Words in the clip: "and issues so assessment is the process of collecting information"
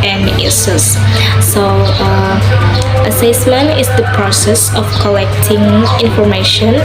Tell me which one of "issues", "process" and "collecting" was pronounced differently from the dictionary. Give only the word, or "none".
issues